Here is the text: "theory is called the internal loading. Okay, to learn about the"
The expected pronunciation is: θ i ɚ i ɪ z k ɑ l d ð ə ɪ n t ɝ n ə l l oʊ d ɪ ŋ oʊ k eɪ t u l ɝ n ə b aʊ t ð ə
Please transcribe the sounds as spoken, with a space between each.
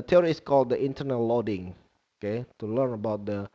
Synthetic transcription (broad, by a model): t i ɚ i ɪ s k ɑ l d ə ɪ n t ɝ n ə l l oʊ d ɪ ŋ oʊ k eɪ t u l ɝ n ə b aʊ t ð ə